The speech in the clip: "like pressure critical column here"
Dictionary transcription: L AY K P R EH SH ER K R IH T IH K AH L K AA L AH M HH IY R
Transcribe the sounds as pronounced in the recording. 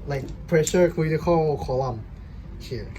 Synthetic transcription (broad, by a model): L AY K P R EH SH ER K IH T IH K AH K AA L AH M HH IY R